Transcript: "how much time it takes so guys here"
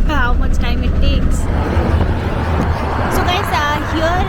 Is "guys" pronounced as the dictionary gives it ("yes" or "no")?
no